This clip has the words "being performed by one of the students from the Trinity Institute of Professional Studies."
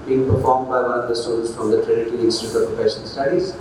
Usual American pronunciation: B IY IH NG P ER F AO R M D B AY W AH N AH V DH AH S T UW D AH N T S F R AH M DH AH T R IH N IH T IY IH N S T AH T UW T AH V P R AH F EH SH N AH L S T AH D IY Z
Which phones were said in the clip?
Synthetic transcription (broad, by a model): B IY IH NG P ER F AO R M D B AY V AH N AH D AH S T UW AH T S F R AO M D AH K R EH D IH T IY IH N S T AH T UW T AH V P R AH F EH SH AH N S T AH D IY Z